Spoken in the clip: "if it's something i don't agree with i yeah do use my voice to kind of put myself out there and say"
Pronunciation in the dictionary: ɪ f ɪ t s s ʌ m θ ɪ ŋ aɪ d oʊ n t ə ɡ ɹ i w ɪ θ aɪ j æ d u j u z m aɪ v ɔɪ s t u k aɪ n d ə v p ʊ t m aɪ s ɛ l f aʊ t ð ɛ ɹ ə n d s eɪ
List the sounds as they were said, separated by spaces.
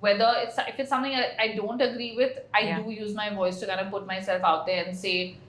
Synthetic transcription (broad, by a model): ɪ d ɪ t s s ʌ m t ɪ ŋ aɪ d oʊ n t ə ɡ ɹ i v ɪ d aɪ d u j u z m aɪ v ɔɪ s t u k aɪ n ə p ʊ t m aɪ s ɛ l f aʊ t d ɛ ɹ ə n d s eɪ